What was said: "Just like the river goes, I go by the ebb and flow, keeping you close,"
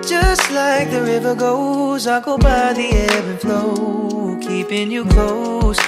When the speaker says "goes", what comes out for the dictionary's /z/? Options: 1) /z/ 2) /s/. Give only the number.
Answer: 1